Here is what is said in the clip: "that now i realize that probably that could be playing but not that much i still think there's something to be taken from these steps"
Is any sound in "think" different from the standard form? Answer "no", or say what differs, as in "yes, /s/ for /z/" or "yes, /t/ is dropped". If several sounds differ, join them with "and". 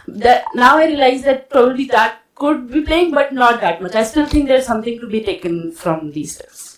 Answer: yes, /t/ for /θ/